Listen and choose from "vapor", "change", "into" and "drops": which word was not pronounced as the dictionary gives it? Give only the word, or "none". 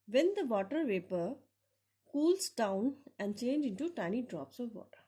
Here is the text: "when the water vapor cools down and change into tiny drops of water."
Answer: none